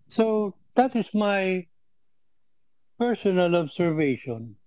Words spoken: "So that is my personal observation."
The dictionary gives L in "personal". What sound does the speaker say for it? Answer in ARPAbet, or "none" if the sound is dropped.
L